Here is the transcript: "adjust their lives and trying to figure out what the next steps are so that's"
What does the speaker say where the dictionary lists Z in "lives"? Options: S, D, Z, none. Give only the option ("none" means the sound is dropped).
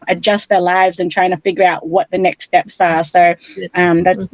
Z